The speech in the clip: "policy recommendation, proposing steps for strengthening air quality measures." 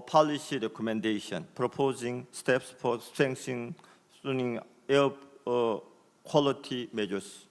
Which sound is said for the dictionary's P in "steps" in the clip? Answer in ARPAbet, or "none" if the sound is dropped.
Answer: P